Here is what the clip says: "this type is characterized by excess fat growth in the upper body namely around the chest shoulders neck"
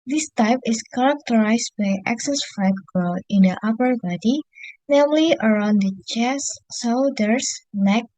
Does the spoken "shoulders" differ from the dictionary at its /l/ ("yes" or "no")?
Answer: yes